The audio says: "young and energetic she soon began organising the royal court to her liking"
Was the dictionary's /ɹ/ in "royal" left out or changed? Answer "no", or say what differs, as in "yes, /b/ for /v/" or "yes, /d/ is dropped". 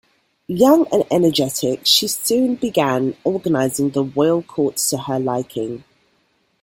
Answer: yes, /w/ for /ɹ/